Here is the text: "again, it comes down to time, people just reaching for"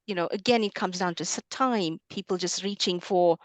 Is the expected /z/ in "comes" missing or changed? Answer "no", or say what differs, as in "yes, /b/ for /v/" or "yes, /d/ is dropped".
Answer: no